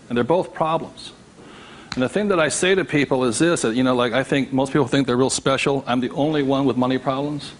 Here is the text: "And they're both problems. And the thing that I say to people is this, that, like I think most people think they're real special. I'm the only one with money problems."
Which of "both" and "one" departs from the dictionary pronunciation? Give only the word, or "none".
none